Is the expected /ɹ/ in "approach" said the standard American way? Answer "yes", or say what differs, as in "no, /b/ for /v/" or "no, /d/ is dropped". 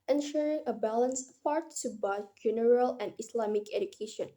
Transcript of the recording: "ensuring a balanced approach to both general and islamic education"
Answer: no, /ɹ/ is dropped